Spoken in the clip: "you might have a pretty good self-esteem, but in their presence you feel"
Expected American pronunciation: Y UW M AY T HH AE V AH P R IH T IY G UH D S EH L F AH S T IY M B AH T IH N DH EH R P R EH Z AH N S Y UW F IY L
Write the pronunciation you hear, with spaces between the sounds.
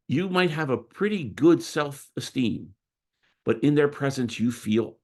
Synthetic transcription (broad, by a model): Y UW M AY T HH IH V AH P R IH T IY G UH D S EH L F AH S T IY M B AH T IH N DH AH R P R EH Z AH N S Y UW F IY L